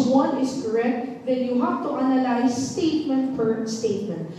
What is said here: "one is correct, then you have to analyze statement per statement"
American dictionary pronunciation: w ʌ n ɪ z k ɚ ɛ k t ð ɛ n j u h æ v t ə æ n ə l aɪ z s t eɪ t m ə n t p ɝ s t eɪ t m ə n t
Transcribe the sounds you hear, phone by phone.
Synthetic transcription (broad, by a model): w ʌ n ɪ s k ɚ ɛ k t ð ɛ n j u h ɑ p t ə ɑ n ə l aɪ s t eɪ t m ə n t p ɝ s t eɪ t m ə n t